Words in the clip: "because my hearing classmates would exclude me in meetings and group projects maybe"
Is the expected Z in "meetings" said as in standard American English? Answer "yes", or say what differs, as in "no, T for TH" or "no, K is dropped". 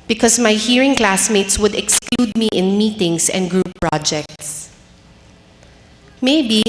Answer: no, S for Z